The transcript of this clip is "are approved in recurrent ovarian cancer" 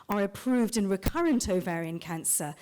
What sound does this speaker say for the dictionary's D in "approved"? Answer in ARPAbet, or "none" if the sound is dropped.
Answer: D